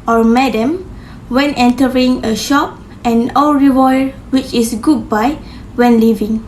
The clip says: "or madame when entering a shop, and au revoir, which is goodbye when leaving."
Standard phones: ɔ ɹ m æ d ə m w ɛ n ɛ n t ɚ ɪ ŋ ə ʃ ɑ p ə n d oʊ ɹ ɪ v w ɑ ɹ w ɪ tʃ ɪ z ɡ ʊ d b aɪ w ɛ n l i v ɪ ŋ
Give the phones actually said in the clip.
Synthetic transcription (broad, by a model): ɔ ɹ m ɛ d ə m w ɛ n ɛ n t ɚ ɪ ŋ ə ʃ ɑ p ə n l ɹ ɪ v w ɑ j w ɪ tʃ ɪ s ɡ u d b aɪ w ɛ n l i v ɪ ŋ